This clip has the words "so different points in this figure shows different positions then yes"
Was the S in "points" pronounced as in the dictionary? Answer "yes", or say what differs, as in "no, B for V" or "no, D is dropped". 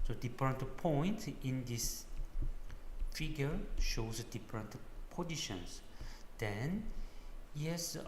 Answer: no, S is dropped